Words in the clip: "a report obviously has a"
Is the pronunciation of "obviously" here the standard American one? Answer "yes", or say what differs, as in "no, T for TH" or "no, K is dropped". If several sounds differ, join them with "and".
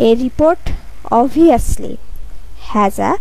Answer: no, V is dropped